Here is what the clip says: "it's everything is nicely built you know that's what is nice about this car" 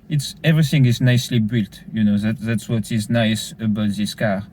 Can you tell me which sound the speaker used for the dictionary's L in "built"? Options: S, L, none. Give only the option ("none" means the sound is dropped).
L